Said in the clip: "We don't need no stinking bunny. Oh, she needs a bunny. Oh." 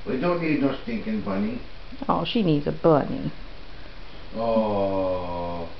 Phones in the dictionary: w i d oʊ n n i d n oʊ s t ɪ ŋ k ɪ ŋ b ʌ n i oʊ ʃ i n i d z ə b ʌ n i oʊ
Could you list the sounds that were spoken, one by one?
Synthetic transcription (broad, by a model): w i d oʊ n n i d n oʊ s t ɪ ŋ k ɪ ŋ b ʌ n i oʊ ʃ i n i d z ə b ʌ n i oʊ